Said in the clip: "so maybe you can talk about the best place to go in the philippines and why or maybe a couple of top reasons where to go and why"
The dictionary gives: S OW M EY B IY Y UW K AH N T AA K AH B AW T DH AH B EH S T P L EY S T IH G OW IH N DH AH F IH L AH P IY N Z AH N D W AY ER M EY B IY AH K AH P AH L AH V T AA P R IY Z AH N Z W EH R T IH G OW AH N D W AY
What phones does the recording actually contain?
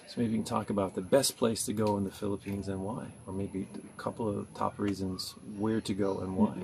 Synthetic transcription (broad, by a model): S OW M EY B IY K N T AA K AH B AW T DH AH B EH S P L EY S T IH G OW IH N DH AH F IH L AH P IY N Z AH N W AY ER M EY B IY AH K AH P L AH V T AA P R IY Z AH N Z W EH R T IH G OW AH N W AY